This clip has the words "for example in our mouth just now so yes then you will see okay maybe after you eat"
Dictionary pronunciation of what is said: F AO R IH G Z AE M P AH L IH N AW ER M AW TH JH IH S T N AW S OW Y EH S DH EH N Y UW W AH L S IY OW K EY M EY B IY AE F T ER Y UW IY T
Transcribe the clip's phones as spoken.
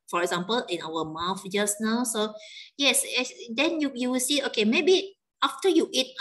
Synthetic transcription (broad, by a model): F AO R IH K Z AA M P AH L IH N AW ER M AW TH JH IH S N AW S OW Y EH S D EH N Y UW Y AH W S IY OW K EY M EY B IY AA F T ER Y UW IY T